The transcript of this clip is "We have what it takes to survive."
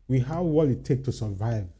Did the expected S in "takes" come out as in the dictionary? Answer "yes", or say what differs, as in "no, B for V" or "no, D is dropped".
no, S is dropped